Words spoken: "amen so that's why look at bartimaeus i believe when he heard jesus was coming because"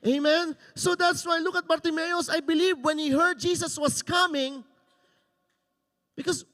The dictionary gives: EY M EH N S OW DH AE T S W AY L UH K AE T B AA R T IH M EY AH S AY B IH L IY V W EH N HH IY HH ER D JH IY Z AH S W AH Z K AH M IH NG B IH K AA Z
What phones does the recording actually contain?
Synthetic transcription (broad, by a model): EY M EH N S OW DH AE T S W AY L UH K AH T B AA R T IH M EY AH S AY B IH L IY V W EH N HH IY HH ER D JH IY S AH S W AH S K AH M IH NG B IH K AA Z